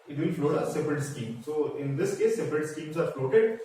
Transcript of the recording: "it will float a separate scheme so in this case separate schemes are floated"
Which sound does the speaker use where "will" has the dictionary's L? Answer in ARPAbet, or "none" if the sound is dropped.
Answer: N